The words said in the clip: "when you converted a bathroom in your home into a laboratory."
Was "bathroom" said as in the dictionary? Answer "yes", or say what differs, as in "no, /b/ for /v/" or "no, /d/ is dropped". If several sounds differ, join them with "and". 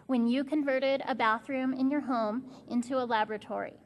yes